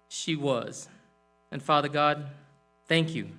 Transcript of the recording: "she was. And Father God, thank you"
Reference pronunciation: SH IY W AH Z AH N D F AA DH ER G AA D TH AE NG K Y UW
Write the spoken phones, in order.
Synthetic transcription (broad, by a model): SH IY W AH Z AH N F AA DH ER G AA D TH AE NG K Y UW